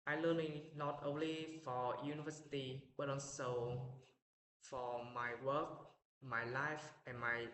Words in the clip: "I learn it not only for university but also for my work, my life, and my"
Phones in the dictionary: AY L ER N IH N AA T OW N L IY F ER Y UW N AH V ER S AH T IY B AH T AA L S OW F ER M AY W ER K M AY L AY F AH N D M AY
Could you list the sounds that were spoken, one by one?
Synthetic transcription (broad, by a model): AY L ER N IH N AA T OW N L IY F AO Y UW N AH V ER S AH T IY B AH T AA N S OW F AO M AY W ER K M AY L AY F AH N M AY